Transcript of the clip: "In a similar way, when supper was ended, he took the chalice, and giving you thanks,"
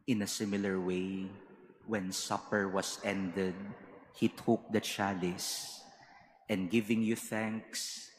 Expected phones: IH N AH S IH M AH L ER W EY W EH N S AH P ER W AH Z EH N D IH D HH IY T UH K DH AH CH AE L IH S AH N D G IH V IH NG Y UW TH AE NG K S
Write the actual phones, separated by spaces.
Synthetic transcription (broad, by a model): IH N AH S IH M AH L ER W EY W EH N S AH P ER W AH S EH N D IH D HH IY T UH K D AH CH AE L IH S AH N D G IH V IH NG Y UW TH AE NG K S